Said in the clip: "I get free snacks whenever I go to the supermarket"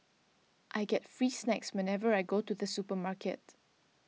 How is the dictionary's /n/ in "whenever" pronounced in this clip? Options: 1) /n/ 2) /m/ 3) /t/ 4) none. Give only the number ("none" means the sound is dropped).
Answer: 1